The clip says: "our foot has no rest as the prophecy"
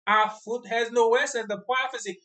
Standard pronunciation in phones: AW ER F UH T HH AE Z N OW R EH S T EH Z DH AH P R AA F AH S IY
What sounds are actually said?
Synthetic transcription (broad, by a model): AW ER F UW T HH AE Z N OW W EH S EH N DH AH P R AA F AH S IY